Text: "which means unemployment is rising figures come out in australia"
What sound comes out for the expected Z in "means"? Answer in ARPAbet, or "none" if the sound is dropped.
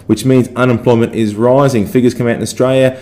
Z